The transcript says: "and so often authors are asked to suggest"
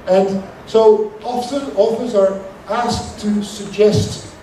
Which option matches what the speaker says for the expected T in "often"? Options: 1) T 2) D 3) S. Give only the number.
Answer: 3